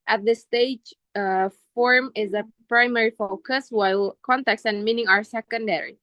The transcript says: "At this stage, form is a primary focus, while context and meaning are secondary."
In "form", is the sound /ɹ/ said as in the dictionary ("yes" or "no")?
yes